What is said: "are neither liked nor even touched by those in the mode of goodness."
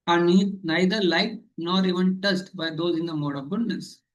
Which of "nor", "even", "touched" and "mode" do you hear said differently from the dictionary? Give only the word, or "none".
touched